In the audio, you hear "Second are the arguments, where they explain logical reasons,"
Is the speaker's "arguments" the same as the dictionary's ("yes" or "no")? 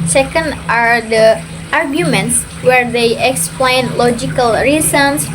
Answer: yes